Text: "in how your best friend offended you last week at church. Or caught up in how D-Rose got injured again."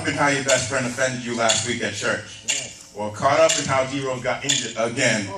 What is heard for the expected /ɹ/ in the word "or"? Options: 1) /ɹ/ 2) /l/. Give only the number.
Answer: 2